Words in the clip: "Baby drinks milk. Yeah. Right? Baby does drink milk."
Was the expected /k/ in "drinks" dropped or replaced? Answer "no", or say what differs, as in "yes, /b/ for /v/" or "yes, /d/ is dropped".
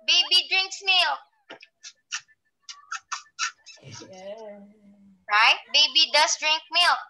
no